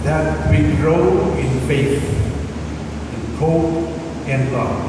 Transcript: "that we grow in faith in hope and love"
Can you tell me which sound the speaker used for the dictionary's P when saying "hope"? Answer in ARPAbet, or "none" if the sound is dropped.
none